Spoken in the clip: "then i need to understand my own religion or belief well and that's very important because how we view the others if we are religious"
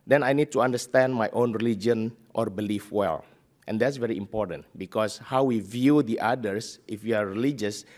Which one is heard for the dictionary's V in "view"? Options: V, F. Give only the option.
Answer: V